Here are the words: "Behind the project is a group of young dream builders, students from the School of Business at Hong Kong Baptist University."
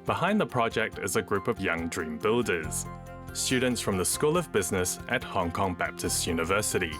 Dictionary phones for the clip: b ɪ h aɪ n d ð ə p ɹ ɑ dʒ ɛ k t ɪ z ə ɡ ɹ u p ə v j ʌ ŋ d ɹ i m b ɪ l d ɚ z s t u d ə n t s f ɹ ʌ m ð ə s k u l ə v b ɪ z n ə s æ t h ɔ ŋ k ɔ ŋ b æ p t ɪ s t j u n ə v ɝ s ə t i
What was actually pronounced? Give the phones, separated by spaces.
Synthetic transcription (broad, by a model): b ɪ h aɪ n ð ə p ɹ ɑ dʒ ɛ k t ɪ z ə ɡ ɹ u p ə v j ʌ ŋ d ɹ i m b ɪ l d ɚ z s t u d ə n t s f ɹ ʌ m ð ə s k u l ə v b ɪ z n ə s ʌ t h ɔ ŋ k ɔ ŋ b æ p t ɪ s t j u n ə v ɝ s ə t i